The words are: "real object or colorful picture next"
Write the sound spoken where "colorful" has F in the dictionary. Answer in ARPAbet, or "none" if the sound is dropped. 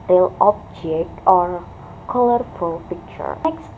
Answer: F